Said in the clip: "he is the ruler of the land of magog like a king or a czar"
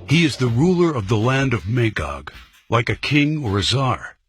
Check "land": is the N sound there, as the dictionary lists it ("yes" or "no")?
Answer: yes